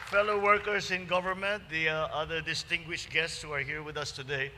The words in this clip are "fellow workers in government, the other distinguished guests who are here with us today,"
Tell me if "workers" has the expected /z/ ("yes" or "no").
no